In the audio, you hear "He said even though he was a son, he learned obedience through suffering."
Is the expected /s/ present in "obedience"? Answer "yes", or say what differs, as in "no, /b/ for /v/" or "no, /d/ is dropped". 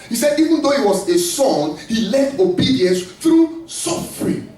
yes